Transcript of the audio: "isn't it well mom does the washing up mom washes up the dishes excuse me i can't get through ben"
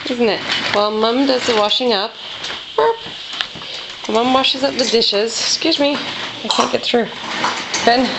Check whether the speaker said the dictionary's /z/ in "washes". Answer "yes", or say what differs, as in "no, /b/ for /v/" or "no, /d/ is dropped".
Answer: yes